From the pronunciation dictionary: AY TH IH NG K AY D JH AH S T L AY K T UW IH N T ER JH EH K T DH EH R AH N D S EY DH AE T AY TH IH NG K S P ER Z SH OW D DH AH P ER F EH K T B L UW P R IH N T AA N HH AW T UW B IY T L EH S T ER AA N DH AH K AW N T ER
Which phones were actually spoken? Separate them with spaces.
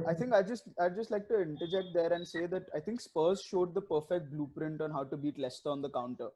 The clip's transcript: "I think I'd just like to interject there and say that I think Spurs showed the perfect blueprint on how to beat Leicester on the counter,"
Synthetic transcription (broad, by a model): AY T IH NG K AY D JH AH S T L AY K T UW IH N T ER JH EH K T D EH R AH N D S EY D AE T AY T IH NG K S P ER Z SH OW D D AH P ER F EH K T B L UW P R IH N T AA N HH AW T UW B IY T L EH S T ER AA N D AH K AW N T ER